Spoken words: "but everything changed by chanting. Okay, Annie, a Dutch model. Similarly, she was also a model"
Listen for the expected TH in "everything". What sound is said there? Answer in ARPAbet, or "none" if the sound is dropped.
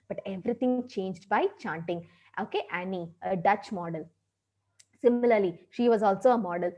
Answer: T